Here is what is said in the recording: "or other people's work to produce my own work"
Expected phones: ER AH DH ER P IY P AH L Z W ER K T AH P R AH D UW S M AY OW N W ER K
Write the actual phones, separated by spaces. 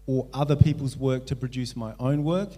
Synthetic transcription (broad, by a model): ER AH DH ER P IY P AH L Z W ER K T AH P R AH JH UW S M AY OW N W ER K